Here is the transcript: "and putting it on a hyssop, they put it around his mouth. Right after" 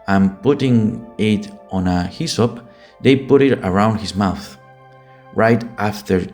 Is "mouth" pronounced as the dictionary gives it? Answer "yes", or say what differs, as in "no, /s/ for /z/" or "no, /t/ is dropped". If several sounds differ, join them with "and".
yes